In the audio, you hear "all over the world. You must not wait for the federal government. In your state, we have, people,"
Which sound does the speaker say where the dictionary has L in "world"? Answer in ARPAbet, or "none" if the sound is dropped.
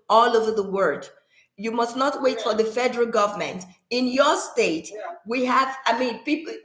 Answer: none